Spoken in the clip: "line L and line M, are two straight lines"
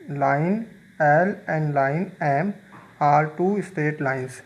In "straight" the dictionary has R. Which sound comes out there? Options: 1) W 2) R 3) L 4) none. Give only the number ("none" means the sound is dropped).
4